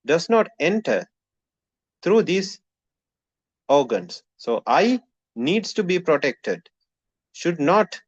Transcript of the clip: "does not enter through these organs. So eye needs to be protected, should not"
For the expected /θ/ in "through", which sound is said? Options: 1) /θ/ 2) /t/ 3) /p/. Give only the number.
2